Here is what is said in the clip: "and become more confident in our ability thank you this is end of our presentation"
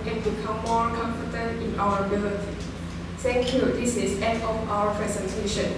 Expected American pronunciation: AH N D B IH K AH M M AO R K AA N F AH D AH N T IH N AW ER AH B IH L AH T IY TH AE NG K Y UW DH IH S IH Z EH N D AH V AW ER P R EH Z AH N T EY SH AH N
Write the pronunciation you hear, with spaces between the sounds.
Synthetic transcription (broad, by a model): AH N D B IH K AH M M AO R K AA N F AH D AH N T IH N AW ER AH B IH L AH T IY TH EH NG K Y UW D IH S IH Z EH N AH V AW ER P R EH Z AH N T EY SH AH N